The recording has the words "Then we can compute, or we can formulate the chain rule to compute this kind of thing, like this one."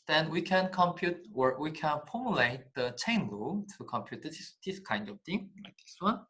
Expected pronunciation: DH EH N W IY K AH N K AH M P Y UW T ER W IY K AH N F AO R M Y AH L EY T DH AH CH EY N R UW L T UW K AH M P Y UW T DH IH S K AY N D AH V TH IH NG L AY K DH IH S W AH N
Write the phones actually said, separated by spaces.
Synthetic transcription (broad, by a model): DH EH N W IY K AH N K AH M P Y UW T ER W IY K AH N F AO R M Y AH L EY T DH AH CH EY N L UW T UW K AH M P Y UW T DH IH S K AY N D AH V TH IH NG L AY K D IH S W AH N